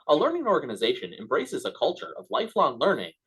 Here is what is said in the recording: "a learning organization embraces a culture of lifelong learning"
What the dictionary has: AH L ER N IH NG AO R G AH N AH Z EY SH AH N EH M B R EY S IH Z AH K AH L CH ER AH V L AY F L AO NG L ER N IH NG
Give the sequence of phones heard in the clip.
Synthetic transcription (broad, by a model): AH L ER N IH NG AO R G AH N AH Z EY SH AH N EH M B R EY S IH Z AH K AH L CH ER AH V L AY F L AO NG L ER N IH NG